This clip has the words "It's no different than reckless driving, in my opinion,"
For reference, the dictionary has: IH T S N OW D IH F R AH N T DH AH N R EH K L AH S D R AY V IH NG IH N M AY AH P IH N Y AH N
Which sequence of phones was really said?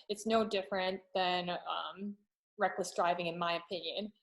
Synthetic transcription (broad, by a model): IH T S N OW D IH F R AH N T DH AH N R EH K L AH S D R AY V IH NG IH N M AY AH P IH N Y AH N